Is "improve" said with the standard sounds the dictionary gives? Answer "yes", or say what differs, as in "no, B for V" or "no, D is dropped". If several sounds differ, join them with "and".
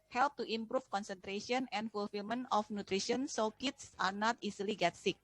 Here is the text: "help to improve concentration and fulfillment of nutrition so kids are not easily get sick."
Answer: no, F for V